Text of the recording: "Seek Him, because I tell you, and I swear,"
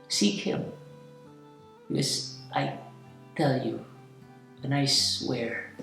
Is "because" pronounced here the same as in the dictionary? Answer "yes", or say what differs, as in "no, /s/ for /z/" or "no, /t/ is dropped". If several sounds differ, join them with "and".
no, /z/ is dropped